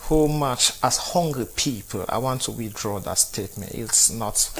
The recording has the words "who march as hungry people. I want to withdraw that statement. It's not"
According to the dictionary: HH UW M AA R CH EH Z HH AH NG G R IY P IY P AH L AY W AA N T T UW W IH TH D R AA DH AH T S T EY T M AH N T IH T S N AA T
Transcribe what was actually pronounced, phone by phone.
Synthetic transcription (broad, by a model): HH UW M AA CH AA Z HH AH NG G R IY P IY P AH L AY W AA N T T UW W IH TH D R AA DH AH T S T EY T M AH N T IH T S N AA T